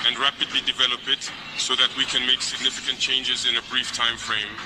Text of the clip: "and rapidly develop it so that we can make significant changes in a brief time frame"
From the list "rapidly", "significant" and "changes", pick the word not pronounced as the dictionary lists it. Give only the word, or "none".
none